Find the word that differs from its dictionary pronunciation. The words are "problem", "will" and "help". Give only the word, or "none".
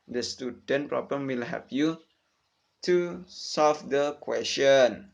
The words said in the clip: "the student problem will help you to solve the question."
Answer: help